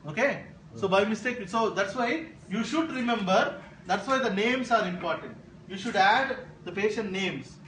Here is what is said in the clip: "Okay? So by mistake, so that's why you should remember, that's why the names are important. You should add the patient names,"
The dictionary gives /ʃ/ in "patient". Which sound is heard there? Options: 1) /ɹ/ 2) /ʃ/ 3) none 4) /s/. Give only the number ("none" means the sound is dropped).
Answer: 2